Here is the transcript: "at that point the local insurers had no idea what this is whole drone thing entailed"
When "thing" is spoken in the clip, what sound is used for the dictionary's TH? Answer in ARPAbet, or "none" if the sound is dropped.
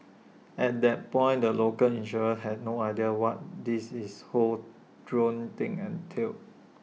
T